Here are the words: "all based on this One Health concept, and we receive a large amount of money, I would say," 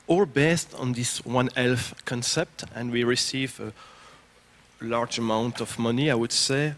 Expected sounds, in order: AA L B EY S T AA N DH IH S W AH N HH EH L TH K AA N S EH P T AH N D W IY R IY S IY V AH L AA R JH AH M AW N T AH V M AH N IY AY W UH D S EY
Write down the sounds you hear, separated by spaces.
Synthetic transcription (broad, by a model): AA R B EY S T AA N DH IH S W AH N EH L F K AA N S EH P T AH N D W IY R IY S IY V AH L AA R JH AH M AW N T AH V M AH N IY AY W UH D S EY